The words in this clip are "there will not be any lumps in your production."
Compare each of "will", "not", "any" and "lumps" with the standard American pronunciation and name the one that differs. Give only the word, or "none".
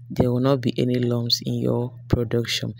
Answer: lumps